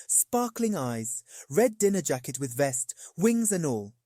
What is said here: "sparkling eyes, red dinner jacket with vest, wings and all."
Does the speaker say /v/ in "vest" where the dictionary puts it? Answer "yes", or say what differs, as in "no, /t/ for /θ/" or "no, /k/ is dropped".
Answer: yes